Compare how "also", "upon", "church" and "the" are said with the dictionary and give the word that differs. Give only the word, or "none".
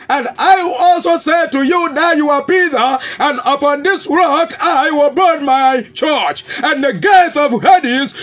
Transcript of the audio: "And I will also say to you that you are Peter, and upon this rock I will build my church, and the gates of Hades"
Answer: none